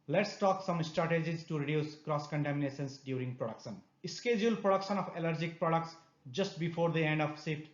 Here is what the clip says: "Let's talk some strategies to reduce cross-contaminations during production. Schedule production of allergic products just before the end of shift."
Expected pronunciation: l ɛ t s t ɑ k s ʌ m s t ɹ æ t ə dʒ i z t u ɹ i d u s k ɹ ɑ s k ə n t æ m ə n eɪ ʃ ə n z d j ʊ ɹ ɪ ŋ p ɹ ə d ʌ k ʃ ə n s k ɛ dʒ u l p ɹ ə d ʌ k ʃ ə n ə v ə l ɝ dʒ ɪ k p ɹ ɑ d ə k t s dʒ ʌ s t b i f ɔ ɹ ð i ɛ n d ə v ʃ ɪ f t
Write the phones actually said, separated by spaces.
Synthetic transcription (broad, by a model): l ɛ t s t ɑ k s ʌ m s t ɹ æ t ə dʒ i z t u ɹ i d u s k ɹ ɑ s k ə n t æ m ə n eɪ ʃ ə n s d j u ɹ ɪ ŋ p ɹ ə d ʌ k ʃ ə n s k ɛ dʒ u l p ɹ ə d ʌ k ʃ ə n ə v ə l ɝ dʒ ɪ k p ɹ ɑ d ə k t s dʒ ʌ s t b i f ɔ ɹ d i ɛ n d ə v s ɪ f t